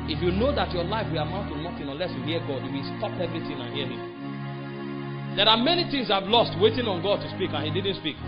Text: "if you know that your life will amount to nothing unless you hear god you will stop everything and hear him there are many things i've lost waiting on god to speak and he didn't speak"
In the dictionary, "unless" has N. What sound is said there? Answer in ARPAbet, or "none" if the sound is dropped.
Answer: none